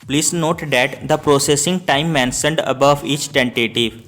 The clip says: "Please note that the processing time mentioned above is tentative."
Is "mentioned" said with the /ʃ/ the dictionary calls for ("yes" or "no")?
no